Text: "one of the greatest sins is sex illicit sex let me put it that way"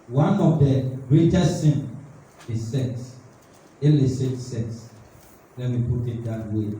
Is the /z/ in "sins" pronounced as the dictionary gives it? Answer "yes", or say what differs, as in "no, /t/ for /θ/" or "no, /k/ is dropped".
no, /z/ is dropped